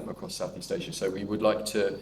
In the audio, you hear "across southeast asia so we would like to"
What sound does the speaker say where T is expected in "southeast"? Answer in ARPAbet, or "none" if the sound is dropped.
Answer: T